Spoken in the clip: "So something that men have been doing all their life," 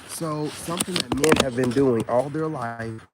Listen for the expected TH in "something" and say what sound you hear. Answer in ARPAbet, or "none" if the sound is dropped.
TH